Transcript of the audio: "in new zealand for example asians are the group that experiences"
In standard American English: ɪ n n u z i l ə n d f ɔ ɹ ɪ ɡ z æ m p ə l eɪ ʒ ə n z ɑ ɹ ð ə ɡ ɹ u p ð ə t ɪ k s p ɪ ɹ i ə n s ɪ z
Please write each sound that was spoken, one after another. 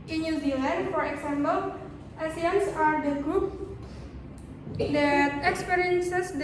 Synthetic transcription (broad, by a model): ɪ n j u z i l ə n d f ɔ ɹ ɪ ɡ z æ m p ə l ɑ s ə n s ɑ ɹ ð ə ɡ ɹ u p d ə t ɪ k s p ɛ ɹ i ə n s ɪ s